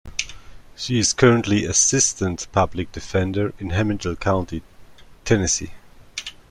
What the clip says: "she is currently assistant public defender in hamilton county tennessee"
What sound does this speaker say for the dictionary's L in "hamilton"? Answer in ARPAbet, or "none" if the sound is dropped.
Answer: none